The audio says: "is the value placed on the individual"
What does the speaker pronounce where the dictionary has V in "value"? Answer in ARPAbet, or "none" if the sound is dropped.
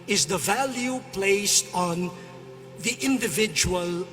V